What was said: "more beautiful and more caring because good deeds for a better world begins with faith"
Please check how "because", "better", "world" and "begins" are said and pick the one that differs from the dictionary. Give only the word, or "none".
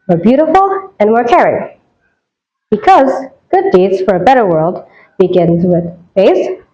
none